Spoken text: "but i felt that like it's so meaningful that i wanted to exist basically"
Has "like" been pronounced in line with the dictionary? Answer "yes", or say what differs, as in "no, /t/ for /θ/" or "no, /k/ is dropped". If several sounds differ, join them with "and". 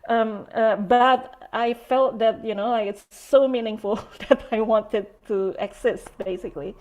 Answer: no, /n/ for /l/